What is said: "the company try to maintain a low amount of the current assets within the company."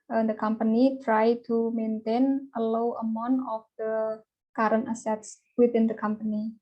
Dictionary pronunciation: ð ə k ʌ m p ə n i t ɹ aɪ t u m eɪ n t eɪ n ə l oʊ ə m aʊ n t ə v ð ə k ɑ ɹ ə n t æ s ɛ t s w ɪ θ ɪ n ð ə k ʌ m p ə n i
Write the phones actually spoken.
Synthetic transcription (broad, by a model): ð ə k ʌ m p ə n i t ɹ aɪ t u m eɪ n t eɪ n ə l oʊ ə m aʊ n ə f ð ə k ɑ ɹ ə n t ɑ s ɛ t s w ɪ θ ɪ n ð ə k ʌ m p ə n i